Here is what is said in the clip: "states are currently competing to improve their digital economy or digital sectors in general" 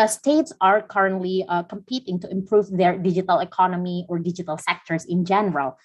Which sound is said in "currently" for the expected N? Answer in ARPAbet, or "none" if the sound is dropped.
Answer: N